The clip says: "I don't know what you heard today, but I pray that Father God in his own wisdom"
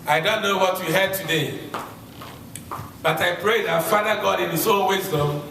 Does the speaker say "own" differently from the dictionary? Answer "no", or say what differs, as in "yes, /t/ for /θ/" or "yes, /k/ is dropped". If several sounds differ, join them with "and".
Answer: yes, /l/ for /n/